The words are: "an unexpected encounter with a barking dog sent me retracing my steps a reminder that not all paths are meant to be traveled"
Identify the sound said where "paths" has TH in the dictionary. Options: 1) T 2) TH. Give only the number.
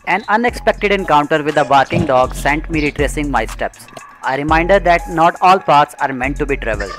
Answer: 1